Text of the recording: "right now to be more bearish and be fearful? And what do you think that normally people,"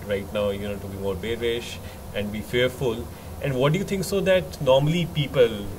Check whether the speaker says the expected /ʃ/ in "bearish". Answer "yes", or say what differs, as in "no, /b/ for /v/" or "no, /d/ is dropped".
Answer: yes